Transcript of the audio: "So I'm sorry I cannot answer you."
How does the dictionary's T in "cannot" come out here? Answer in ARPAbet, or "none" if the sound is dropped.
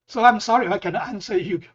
none